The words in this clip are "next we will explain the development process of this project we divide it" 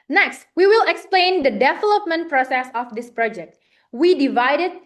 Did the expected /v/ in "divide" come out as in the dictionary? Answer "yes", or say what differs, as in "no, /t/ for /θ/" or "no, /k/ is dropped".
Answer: yes